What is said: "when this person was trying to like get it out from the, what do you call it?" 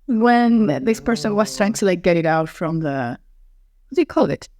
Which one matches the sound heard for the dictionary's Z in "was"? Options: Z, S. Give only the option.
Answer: S